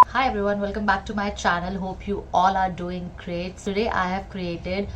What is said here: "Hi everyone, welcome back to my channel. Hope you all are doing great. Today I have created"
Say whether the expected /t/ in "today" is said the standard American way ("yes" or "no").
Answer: no